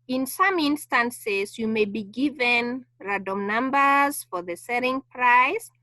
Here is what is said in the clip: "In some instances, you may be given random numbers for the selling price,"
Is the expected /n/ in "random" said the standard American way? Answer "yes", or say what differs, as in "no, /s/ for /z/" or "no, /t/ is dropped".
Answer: no, /n/ is dropped